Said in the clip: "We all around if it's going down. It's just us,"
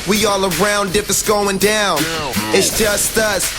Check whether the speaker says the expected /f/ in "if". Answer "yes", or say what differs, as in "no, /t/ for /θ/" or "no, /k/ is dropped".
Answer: no, /p/ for /f/